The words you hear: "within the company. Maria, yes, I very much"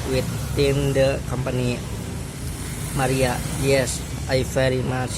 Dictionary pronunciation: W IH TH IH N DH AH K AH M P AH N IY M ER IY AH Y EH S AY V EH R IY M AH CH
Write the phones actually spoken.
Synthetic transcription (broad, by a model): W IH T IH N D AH K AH M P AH N IY M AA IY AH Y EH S AY F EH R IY M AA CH